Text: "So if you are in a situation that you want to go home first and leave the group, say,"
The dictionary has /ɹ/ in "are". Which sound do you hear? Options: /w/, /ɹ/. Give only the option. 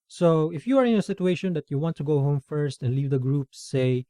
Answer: /ɹ/